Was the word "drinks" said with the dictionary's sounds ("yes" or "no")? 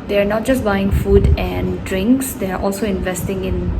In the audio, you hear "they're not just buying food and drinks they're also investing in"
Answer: yes